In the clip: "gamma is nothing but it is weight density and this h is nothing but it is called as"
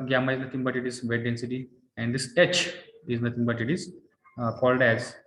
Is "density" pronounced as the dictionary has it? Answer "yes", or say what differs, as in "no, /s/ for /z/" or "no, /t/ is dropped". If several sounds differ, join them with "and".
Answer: yes